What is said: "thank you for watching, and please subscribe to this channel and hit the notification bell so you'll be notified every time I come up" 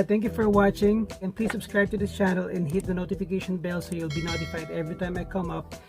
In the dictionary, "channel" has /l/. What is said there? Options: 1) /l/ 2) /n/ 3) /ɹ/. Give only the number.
1